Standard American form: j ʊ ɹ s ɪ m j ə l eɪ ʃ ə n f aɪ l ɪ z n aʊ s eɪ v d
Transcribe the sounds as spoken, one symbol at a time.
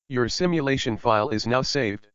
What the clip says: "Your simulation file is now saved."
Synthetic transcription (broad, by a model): j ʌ ɹ s ɪ m j ə l eɪ ʃ ə n f aɪ l ɪ z n aʊ s eɪ v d